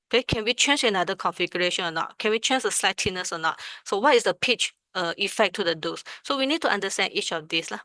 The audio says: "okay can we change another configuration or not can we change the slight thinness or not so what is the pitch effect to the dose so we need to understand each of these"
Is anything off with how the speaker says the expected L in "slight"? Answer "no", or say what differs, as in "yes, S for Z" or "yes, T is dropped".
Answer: no